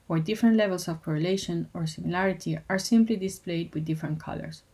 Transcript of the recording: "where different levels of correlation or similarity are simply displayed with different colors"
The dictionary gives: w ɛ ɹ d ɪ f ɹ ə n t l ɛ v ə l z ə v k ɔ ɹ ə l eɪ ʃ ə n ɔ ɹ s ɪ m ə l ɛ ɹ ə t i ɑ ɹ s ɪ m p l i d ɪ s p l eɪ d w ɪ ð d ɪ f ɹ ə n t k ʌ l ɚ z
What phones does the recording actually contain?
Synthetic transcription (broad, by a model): w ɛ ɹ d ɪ f ɹ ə n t l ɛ v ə l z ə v k ɔ ɹ ə l eɪ ʃ ə n ɔ ɹ s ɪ m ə l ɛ ɹ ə t i ɑ ɹ s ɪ m p l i d ɪ s p l eɪ d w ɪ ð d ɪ f ɹ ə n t k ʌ l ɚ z